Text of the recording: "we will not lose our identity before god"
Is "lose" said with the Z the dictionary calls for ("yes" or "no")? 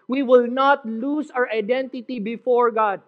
no